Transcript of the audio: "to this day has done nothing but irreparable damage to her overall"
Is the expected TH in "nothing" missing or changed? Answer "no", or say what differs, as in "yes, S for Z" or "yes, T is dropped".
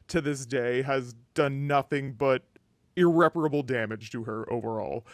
no